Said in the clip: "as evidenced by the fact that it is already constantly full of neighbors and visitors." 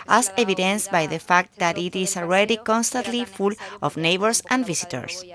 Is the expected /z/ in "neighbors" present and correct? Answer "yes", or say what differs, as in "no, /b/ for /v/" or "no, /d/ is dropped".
no, /s/ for /z/